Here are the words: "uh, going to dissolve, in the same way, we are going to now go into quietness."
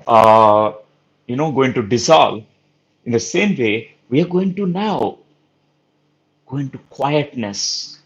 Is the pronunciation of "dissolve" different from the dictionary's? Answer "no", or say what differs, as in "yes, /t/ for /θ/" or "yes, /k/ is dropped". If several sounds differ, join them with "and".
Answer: yes, /v/ is dropped